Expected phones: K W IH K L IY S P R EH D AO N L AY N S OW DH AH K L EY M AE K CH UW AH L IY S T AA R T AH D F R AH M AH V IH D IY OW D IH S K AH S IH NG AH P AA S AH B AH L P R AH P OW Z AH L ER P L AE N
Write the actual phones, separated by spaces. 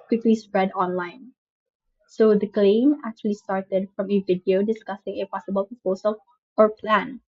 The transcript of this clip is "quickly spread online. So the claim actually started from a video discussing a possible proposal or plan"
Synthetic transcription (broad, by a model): K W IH K L IY S P R EH D AO N L AY N S OW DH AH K L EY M AE K CH UW AH L IY S T AA R T AH D F R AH M AH V IH D IY OW D IH S K AH S IH NG AH P AA S AH B AH L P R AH P OW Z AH L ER P L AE N